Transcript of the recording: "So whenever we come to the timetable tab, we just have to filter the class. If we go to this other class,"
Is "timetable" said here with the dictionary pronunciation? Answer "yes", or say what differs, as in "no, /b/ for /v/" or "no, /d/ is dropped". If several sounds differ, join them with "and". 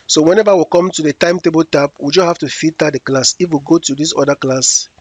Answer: yes